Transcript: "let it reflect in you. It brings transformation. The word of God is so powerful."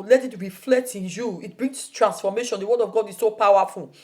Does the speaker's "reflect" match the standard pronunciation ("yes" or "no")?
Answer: yes